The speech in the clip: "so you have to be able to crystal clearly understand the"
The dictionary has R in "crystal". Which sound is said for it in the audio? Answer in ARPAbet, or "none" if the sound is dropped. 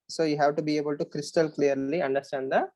R